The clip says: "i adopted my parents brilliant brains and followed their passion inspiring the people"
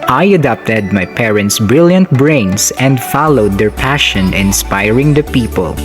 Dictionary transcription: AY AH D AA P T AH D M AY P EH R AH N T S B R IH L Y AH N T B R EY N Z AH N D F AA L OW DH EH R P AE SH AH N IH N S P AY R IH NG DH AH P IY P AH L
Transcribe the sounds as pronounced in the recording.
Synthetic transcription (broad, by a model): AY AH D AA P T AH D M AY P EH R AH N T S B R IH L Y AH N T B R EY N S AH N D F AA L OW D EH R P AE SH AH N IH N S P AY R IH NG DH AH P IY P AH L